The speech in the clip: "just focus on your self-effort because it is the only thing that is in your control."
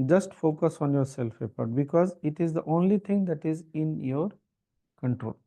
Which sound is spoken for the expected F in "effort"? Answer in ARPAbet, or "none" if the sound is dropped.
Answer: P